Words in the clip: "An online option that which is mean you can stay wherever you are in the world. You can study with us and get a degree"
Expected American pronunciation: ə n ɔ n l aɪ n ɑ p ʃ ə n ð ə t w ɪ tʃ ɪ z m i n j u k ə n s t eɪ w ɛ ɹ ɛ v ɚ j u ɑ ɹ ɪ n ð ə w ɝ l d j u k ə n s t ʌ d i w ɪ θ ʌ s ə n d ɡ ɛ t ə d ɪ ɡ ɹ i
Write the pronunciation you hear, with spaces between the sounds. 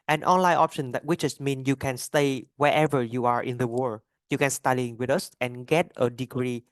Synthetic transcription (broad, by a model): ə n ɔ n l aɪ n ɑ p ʃ ə n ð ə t w ɪ tʃ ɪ s m i n j u k ə n s t eɪ w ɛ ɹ ɛ v ɚ j u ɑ ɹ ɪ n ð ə w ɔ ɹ j u k ə n s t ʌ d i w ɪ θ ʌ s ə n ɡ ɛ t ə d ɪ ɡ ɹ i